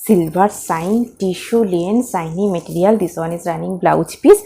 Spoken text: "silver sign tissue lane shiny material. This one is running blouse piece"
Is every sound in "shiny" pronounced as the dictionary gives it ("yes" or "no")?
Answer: no